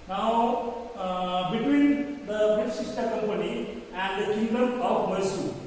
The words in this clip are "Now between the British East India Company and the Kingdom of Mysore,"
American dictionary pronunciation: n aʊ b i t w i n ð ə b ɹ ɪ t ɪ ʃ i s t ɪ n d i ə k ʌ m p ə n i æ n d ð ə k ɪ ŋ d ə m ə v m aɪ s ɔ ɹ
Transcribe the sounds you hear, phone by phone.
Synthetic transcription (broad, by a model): n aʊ b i t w i n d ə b ɪ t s i s t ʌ d k ʌ m p ə n i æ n d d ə k ɪ ŋ d ə m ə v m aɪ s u